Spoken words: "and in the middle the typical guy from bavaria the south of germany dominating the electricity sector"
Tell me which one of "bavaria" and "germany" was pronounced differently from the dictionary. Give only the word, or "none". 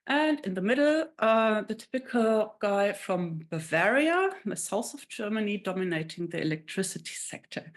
none